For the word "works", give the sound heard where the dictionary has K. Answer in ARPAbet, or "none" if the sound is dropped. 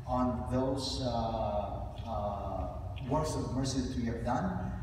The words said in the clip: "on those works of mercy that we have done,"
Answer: none